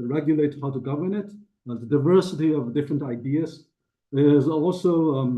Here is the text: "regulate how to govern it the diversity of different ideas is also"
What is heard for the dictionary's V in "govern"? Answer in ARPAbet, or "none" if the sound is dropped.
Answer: V